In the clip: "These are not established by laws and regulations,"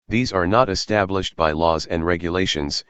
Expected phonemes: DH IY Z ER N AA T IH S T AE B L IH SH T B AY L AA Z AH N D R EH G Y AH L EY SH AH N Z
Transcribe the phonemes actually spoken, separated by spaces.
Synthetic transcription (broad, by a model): DH IY Z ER N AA T IH S T AE B L IH SH T B AY L AA Z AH N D R EH G Y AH L EY SH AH N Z